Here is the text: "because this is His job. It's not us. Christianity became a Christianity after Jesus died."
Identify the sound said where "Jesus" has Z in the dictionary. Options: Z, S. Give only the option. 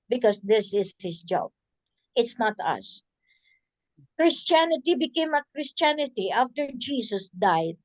S